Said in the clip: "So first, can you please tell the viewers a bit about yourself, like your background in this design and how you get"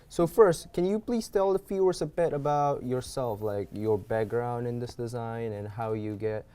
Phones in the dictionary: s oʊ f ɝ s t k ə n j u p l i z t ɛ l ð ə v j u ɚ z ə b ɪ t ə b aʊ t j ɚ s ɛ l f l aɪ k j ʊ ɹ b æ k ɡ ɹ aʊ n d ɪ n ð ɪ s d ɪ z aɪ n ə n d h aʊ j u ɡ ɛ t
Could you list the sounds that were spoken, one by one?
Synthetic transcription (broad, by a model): s oʊ f ɝ s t k ə n j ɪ p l i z t ɛ l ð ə f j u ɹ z ə b ɪ t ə b aʊ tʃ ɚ s ɛ l f l aɪ k j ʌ ɹ b æ k ɡ ɹ aʊ n d ɪ n ð ɪ s d ɪ z aɪ n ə n h aʊ j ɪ ɡ ɛ t